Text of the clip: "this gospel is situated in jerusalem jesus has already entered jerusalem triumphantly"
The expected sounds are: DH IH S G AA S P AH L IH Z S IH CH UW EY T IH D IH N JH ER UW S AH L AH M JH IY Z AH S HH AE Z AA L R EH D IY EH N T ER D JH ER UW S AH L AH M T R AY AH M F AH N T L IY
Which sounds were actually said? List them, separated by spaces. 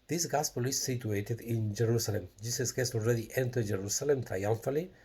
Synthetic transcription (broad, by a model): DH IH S G AA S P AH L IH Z S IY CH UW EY T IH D IH N JH ER UW S AH L AH M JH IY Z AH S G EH S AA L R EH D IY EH N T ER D JH ER UW S AH L AH M T R AY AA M F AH L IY